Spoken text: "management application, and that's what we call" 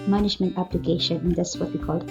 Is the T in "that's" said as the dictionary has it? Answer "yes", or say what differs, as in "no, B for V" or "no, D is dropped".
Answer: no, S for T